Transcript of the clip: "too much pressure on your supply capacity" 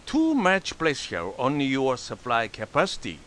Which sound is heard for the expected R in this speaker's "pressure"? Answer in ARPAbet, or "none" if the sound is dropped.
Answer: L